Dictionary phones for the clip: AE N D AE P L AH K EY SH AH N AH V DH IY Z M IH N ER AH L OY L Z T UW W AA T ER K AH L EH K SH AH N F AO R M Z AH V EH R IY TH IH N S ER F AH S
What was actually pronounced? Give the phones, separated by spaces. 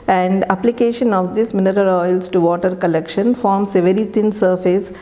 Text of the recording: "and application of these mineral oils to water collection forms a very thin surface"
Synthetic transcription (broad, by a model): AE N D AE P L AH K EY SH AH N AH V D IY S M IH N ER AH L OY L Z T UW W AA T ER K AH L EH K SH AH N F AO R M S AH V EH R IY T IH N S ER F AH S